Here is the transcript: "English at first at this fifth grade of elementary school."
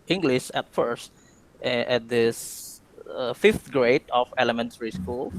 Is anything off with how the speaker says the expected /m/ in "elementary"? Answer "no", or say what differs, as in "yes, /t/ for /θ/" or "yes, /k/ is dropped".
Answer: no